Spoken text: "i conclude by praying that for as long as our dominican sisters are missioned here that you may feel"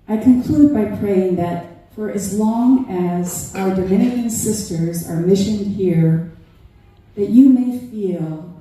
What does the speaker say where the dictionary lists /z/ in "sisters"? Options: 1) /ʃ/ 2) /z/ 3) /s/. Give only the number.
2